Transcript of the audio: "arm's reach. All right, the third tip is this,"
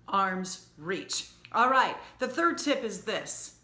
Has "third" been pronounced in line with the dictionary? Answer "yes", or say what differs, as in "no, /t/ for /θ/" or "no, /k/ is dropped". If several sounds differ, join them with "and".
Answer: yes